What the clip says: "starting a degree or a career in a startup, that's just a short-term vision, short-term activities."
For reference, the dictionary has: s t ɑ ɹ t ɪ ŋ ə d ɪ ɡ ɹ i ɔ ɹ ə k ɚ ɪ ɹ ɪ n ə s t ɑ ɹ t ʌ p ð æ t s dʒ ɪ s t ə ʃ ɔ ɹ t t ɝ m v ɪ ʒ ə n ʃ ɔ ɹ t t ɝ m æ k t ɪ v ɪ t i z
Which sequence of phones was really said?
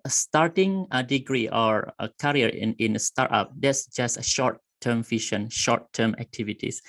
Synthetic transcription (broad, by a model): s t ɑ ɹ t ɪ ŋ ə d ɪ ɡ ɹ i ɔ ɹ ə k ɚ ɹ ɪ n ə s t ɑ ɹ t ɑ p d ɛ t s dʒ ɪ s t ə ʃ ɔ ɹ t t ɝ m f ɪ ʃ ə n ʃ ɔ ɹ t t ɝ m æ k t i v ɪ t i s